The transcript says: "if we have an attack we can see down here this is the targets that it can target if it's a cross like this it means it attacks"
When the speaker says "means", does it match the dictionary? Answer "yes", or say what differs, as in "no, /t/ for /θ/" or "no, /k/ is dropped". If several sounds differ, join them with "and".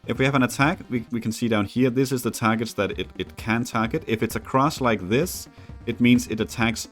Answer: yes